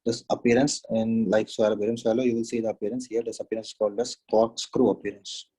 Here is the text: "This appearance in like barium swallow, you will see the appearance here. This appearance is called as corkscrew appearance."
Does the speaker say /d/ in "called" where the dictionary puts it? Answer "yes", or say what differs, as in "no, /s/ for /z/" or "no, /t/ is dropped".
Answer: yes